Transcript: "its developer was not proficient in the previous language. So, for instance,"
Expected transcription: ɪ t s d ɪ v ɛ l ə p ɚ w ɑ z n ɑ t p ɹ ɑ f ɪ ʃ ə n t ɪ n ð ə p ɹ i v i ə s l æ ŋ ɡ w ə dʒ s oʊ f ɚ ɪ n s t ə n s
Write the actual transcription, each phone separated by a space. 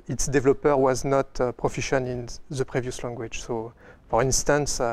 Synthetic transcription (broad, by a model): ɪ t s d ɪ v l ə p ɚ w ɑ z n ɑ t p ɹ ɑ f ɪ ʃ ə n ɪ n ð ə p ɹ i v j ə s l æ ŋ ɡ w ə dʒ s oʊ f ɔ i n s t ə n s